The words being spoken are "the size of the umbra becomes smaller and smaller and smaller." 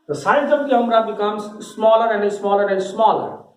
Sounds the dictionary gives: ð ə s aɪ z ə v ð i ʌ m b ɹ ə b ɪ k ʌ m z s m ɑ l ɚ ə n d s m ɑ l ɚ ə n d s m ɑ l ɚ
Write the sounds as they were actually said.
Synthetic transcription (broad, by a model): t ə s aɪ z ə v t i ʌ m ɹ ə b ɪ k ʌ m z s m ɑ l ɚ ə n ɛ s m ɑ l ɚ ə n d s m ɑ l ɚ